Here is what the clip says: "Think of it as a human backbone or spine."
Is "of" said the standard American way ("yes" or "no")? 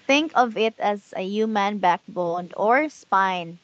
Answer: yes